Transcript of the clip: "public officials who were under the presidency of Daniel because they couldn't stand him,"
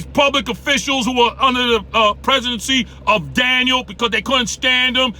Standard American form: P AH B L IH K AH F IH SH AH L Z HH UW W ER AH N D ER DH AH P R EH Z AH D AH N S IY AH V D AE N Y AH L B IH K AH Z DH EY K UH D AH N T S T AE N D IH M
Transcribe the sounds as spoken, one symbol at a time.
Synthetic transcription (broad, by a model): P AH B L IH K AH F IH SH L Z HH UW W ER AH N D ER DH AH P R EH Z AH D AH N S IY AH V D AE N Y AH L B IH K AH Z DH EY K UH D N T S T AE N D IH M